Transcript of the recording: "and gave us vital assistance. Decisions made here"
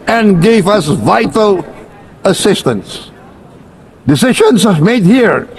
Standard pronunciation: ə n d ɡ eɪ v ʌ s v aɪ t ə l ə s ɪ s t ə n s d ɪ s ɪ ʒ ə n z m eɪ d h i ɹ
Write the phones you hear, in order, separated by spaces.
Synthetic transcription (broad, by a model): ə n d ɡ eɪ v ʌ s v aɪ t ə l ə s ɪ s t ə n s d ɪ s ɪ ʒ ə n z m eɪ d h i ɹ